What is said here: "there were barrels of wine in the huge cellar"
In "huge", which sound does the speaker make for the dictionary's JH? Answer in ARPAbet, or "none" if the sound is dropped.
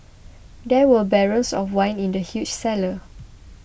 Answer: CH